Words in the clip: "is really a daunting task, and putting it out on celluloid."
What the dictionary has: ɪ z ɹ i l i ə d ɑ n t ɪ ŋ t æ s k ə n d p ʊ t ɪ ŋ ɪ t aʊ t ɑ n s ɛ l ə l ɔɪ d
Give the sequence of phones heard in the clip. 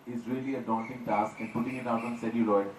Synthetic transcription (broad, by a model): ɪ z ɹ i l i ə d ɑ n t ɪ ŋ t æ s k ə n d p ʊ t ɪ ŋ ɪ t aʊ t ɑ n s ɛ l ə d ɔɪ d